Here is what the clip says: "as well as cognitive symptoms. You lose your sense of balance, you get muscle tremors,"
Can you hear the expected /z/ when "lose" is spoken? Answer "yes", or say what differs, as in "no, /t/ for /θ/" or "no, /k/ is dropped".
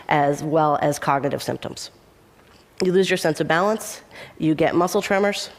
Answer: yes